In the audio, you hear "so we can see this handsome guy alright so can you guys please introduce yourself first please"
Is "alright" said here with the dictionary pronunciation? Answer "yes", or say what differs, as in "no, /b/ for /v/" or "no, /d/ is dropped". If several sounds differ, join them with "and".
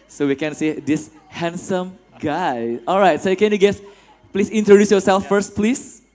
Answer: yes